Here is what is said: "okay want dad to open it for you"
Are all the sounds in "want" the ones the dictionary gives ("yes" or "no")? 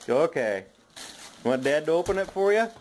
no